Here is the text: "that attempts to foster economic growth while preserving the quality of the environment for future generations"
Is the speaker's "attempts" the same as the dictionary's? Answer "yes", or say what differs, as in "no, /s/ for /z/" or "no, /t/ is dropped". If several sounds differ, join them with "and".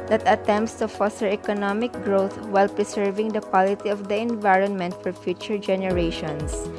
yes